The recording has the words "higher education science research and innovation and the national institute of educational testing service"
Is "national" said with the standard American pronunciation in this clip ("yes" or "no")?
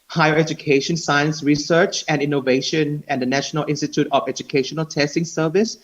yes